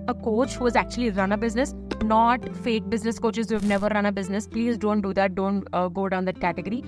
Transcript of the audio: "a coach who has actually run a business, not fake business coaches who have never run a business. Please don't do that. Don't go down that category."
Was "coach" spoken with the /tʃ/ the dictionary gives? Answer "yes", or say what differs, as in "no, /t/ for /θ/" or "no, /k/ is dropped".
yes